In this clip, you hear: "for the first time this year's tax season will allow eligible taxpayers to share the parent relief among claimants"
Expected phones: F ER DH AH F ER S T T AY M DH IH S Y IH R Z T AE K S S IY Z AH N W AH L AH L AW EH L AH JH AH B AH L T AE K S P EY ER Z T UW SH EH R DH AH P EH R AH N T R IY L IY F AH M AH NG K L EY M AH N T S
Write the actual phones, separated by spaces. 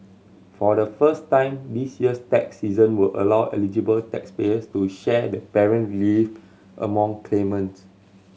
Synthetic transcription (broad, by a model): F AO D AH F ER S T T AY M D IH S Y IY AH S T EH K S S IY Z AH N W AH L AH L AW EH L AH JH AH B AH L T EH K S P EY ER S T UW SH EH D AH P EH R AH N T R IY L IY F AH M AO NG K L EY M AH N T S